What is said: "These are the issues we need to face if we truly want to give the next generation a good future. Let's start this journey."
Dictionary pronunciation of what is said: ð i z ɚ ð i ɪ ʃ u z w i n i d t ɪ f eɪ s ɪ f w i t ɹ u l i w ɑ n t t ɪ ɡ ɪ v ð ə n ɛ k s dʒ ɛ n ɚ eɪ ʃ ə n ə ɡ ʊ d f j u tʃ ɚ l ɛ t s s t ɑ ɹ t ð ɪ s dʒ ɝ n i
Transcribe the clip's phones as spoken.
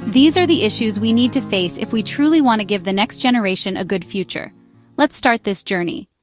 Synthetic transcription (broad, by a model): ð i z ɚ ð i ɪ ʃ u z w i n i d t ɪ f eɪ s ɪ f w i t ɹ u l i w ɑ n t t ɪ ɡ ɪ v ð ə n ɛ k s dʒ ɛ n ɚ eɪ ʃ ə n ə ɡ ʊ d f j u tʃ ɚ l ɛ t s s t ɑ ɹ t ð ɪ s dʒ ɝ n i